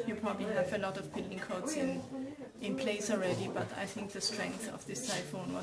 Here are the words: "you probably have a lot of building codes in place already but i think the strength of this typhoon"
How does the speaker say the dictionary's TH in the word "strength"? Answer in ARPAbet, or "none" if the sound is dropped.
TH